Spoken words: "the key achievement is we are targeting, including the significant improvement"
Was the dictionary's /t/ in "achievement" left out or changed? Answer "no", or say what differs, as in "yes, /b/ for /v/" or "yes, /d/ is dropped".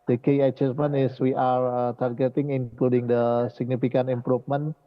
yes, /t/ is dropped